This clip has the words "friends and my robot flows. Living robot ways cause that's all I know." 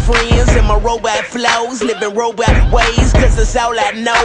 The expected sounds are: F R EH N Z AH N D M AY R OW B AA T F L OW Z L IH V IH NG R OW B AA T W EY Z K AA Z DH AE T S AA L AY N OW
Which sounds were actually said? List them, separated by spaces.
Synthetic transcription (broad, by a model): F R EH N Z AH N M AY R OW B AA T F L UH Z N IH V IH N R OW B AA T W EY Z K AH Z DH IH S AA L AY N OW